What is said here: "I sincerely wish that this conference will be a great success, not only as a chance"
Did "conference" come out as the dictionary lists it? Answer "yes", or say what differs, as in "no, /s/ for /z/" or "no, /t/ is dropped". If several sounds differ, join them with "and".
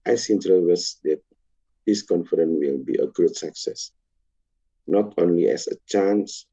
no, /s/ is dropped